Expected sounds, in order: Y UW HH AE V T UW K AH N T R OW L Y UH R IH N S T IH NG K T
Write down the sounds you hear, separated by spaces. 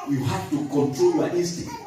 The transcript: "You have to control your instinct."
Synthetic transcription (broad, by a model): Y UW HH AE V T UW K AH N T R OW L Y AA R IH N S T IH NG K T